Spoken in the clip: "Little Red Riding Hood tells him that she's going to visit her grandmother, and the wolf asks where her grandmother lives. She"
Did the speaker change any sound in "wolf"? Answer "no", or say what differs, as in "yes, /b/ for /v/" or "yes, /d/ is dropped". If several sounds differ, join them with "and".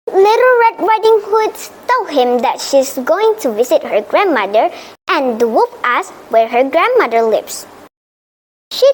yes, /l/ is dropped